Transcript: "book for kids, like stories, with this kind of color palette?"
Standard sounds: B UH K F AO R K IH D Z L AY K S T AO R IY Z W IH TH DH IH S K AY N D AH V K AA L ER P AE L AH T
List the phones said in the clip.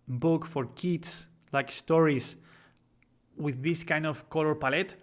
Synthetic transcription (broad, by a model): B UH K F AO R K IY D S L AY K S T AO R IY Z W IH DH IH S K AY N D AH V K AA L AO P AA L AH T